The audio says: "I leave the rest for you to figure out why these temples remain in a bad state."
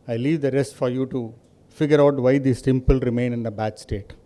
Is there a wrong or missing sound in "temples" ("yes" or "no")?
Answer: yes